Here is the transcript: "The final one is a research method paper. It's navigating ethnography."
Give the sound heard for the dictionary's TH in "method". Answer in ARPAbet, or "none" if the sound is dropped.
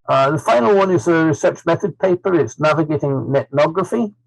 TH